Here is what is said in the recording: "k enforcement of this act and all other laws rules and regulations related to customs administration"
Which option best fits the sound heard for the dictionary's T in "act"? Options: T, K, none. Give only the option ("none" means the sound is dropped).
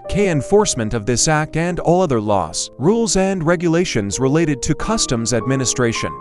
T